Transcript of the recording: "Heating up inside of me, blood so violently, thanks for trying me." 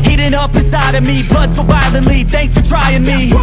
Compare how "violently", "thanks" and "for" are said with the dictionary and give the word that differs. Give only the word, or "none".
violently